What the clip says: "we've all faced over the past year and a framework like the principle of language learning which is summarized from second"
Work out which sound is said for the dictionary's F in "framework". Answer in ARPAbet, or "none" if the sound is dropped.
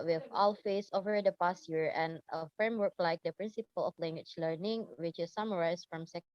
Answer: F